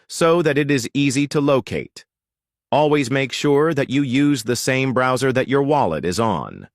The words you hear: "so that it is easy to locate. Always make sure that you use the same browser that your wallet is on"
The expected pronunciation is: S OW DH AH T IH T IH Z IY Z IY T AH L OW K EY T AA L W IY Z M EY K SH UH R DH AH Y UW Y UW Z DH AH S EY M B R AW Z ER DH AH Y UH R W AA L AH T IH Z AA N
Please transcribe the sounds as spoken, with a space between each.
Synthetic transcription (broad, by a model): S OW DH AH T IH T IH Z IY Z IY T AH L OW K EY T AA L W IY Z M EY K SH UH R DH AH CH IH Y UW Z DH AH S EY M B R AW Z ER DH AH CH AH R W AA L AH T IH Z N